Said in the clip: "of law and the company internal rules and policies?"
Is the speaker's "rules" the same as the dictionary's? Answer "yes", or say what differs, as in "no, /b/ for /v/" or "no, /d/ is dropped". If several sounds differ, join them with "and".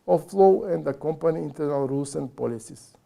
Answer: no, /s/ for /z/